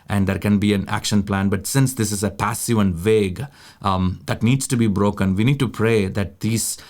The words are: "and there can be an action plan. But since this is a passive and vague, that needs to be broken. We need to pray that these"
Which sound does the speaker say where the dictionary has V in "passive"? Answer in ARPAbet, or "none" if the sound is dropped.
V